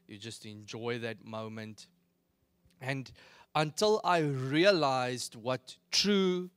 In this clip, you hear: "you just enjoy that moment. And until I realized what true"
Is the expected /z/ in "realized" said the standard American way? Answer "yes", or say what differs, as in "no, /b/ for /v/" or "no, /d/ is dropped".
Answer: yes